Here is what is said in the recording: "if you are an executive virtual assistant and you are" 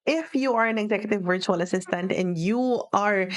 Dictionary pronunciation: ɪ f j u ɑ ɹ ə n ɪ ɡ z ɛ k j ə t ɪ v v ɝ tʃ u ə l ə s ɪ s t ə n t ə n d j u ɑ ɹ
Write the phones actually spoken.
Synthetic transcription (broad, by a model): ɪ f j u ɑ ɹ ə n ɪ ɡ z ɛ k j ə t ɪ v v ɝ tʃ u ə l ə s ɪ s t ə n t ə n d j u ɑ ɹ